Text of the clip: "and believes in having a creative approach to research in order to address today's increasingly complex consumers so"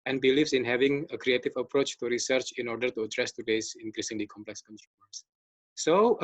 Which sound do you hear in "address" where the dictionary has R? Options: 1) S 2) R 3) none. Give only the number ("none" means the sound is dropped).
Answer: 2